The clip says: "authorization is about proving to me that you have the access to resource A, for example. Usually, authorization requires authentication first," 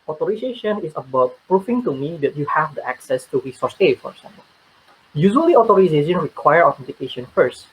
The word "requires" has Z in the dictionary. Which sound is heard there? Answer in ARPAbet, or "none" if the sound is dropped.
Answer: none